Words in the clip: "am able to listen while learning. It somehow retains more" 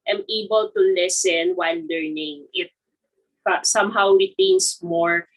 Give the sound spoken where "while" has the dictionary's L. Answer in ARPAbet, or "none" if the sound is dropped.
N